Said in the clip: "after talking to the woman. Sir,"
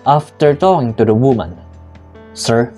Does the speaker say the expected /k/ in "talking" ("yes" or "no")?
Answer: no